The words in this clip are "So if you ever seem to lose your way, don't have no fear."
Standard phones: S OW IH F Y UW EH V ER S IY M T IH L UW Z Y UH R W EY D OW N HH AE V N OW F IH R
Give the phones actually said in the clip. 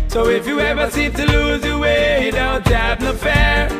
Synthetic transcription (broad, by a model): S OW IH F Y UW EH V ER S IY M T IH L UW Z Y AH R W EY D OW N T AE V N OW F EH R